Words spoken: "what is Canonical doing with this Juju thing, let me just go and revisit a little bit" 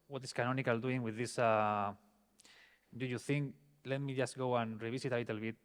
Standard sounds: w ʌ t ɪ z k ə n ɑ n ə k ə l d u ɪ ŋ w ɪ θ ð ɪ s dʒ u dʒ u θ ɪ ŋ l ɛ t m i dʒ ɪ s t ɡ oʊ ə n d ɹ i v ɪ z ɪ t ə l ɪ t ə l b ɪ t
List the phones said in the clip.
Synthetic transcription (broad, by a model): w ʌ t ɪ s k ə n ɑ n ə k ə l d u ɪ ŋ w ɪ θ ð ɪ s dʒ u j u θ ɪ ŋ l ɛ t m i dʒ ɪ s t ɡ oʊ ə n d ɹ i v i s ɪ t ə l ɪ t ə l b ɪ t